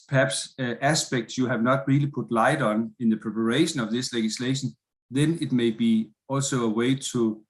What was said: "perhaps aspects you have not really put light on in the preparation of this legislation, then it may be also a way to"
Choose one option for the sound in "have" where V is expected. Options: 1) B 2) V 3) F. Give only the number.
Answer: 2